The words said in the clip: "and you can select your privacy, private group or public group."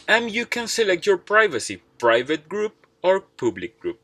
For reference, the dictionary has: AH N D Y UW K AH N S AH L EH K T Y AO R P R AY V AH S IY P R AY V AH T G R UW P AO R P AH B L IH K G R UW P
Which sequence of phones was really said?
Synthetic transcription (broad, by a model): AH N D Y UW K AH N S AH L EH K T Y AO R P R AY V AH S IY P R AY V AH T G R UW P AO R P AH B L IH K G R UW P